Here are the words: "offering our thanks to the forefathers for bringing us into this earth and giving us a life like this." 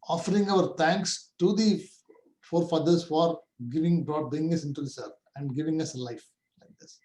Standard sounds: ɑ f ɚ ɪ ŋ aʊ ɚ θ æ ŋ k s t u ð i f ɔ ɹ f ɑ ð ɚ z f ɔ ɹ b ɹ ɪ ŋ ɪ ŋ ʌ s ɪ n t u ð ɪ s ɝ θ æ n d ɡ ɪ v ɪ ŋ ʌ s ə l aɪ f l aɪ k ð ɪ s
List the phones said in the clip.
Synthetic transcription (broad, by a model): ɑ f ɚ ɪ ŋ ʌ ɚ t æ ŋ k s t u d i f ɔ ɹ f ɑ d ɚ s f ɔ ɹ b ɹ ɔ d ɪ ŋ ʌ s ɪ n t u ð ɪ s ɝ f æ n d ɡ ɪ v ɪ ŋ ʌ s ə l aɪ f l aɪ k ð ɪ s